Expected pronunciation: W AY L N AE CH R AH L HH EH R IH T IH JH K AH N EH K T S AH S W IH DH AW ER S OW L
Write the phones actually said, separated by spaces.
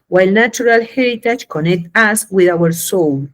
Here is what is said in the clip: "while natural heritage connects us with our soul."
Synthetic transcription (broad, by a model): W AY L N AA CH R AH L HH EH R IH T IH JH K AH N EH K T AA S W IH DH AW ER S OW L